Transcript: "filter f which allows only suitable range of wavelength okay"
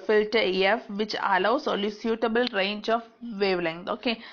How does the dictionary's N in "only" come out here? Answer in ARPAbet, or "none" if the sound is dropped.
none